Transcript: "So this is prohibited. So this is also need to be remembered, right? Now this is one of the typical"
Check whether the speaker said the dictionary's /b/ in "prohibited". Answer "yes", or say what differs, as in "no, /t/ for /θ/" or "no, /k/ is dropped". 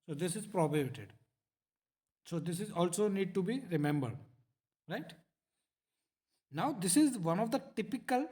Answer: no, /b/ is dropped